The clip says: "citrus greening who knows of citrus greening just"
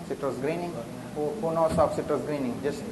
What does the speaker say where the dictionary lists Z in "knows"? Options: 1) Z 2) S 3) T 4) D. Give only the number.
2